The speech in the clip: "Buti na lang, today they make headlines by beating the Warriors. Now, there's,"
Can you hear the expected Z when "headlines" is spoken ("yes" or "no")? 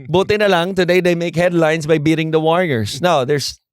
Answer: no